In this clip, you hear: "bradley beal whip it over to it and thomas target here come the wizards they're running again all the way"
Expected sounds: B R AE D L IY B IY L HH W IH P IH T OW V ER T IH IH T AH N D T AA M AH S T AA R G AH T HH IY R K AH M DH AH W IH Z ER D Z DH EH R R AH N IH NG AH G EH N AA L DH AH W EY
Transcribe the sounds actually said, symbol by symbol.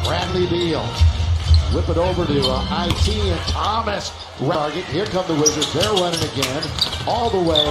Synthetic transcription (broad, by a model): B R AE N L IY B IY L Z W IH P IH T OW V ER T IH IH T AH N T AA M AH S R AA R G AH T HH IY R K AH M DH AH W IH Z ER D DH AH R W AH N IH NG AH G EH N AA L DH AH W EY